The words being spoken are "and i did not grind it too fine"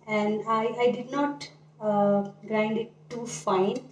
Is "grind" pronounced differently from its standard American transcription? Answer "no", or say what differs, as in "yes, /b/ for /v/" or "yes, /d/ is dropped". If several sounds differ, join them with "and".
no